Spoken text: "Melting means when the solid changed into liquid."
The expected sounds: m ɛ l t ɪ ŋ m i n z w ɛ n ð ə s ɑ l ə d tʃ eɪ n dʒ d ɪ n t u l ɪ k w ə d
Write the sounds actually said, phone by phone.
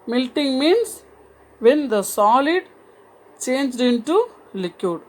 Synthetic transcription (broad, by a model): m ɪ l t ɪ ŋ m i n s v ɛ n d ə s ɑ l ə d tʃ eɪ n dʒ d ɪ n t u l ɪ k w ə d